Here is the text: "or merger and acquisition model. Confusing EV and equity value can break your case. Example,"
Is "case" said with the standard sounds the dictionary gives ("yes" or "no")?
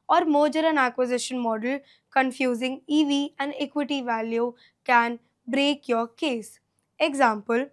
yes